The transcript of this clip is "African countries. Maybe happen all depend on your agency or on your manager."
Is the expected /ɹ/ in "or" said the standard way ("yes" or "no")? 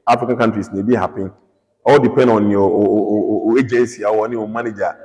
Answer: no